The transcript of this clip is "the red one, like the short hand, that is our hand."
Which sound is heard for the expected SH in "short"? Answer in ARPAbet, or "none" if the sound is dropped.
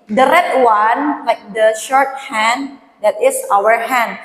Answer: SH